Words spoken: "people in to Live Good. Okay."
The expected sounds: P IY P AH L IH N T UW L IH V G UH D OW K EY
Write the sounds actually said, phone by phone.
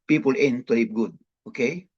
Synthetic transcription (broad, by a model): P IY P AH L IH N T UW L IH P G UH D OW K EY